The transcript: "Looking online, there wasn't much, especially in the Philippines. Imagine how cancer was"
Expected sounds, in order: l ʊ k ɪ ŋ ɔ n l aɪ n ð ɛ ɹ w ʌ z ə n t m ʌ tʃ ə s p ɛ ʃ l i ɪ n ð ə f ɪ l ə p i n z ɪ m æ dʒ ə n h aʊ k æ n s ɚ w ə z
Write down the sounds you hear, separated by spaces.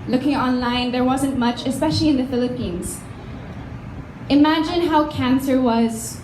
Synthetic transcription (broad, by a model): l ʊ k ɪ ŋ ɔ n l aɪ n ð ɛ ɹ w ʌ z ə n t m ʌ tʃ ə s p ɛ ʃ l i ɪ n ð ə f ɪ l ə p i n z ɪ m æ dʒ ə n h aʊ k æ n s ɚ w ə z